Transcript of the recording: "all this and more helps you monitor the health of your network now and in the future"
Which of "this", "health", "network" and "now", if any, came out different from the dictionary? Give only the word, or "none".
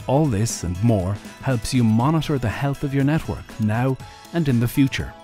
none